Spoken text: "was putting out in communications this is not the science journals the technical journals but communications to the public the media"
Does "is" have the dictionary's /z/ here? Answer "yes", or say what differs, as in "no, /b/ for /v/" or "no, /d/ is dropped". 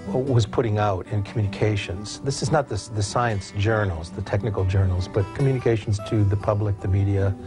yes